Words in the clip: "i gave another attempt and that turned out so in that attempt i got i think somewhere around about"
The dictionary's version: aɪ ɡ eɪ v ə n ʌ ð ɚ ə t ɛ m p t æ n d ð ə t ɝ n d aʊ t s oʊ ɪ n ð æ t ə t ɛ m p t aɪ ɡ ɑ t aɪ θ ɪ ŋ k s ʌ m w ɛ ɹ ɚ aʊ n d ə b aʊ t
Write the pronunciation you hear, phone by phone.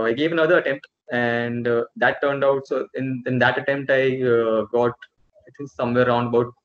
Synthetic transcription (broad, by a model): aɪ ɡ eɪ v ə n ʌ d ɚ ə t ɛ m p t æ n d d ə t ɝ n d aʊ t s oʊ ɪ n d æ t ə t ɛ m p t aɪ ɡ ɑ t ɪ t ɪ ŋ s ʌ m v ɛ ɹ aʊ n d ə b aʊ t